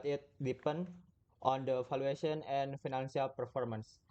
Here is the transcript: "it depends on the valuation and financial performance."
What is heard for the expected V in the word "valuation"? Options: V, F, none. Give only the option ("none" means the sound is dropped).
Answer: F